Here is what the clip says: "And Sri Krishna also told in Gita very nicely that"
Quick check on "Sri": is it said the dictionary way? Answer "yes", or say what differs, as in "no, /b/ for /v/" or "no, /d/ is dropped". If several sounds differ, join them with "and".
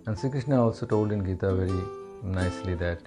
no, /ɹ/ is dropped